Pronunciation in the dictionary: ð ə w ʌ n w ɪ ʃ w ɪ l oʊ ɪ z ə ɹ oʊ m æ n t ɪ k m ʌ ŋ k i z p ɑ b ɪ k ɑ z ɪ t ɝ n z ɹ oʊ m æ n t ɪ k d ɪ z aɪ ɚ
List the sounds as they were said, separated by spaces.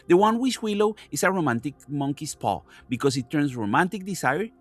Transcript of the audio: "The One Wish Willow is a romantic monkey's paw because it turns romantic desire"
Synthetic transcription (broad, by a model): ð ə w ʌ n w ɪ s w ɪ l oʊ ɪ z ə ɹ oʊ m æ n t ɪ k m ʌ ŋ k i s p ɑ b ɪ k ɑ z ɪ t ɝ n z ɹ oʊ m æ n t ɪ k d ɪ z aɪ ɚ